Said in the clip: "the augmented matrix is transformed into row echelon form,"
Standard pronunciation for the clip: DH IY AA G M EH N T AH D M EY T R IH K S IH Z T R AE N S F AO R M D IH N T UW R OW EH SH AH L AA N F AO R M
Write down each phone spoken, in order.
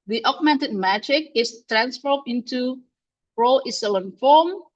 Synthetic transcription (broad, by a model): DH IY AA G M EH N T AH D M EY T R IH K IH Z T R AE N S F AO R D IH N T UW R OW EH S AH L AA N F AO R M